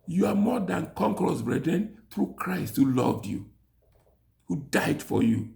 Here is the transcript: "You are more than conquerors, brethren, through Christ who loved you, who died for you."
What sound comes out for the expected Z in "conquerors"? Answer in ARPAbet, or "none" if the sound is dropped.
S